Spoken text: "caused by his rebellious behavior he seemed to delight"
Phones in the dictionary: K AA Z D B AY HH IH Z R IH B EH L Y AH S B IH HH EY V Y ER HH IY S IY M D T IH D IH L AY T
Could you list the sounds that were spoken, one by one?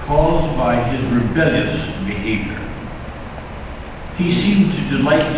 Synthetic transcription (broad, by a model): K AA Z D B AY IH Z R IH B EH L Y AH S B IH HH EY V Y ER HH IY S IY M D T IH D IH L AY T